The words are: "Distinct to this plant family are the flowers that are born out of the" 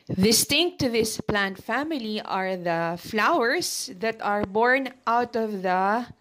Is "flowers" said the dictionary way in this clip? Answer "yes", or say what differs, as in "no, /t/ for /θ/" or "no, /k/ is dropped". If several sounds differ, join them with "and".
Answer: no, /s/ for /z/